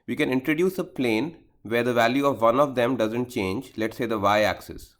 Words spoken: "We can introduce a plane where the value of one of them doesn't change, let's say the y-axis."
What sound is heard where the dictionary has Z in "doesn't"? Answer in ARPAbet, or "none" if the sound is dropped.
Z